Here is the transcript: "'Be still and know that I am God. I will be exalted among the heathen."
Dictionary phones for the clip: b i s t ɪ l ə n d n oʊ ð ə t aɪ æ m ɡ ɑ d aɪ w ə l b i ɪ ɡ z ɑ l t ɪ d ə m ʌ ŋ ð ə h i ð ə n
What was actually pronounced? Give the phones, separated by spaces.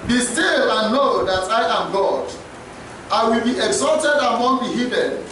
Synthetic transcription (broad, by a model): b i s t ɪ l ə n n oʊ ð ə t aɪ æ m ɡ ɑ d aɪ w ə l b i ɪ ɡ z ɑ l t ɪ d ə m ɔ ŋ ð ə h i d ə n